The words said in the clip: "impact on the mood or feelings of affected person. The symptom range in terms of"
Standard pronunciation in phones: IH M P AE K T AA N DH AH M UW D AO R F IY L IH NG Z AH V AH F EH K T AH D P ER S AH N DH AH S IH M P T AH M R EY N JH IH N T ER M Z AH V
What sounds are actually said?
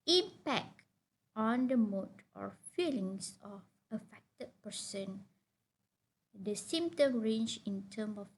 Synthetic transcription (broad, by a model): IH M P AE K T AA N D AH M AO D AO R F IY L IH NG S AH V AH F EH K T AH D P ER S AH N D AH S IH M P T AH M R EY N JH IH N T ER M AH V